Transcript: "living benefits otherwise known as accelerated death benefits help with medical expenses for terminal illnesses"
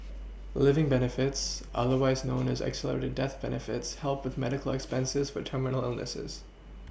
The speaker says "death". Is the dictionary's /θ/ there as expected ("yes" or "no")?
yes